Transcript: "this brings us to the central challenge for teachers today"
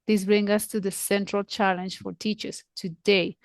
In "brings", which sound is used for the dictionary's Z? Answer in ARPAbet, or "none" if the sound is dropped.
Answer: none